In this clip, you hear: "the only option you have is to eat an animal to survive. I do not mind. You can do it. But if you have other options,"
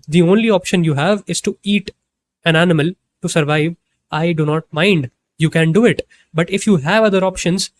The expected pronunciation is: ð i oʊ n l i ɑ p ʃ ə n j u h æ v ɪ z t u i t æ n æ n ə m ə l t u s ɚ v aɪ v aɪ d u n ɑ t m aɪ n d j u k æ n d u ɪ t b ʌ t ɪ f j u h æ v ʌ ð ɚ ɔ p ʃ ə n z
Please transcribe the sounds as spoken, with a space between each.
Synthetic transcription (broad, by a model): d i oʊ n l i ɑ p ʃ ə n j u h æ v ɪ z t u i t æ n æ n ə m ə l t u s ɚ v aɪ v aɪ d u n ɑ t m aɪ n d j u k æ n d u ɪ t b ʌ t ɪ f j u h æ v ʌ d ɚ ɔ p ʃ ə n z